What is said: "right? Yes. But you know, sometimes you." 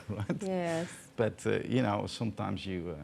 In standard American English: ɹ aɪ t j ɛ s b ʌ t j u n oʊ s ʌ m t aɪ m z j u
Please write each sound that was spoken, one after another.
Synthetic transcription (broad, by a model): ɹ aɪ t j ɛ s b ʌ t j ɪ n oʊ s ʌ m t aɪ m z j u